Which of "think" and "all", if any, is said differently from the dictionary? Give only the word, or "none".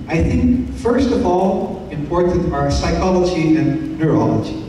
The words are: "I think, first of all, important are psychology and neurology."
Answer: none